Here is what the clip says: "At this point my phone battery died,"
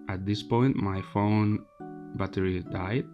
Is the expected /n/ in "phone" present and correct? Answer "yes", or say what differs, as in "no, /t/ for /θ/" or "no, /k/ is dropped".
yes